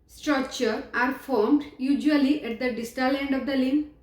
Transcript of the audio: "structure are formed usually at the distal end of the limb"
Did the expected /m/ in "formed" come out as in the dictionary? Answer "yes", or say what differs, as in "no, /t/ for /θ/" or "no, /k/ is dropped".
yes